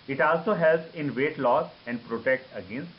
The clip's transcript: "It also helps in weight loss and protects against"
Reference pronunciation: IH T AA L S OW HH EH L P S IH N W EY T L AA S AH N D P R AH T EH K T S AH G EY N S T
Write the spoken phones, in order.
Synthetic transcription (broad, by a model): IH T AA L S OW HH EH L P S IH N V EY T L AA S AH N D P R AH T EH K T AH G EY N S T